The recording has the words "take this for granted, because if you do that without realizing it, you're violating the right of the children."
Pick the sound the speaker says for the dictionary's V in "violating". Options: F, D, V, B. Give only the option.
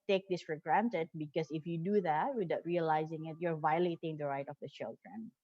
V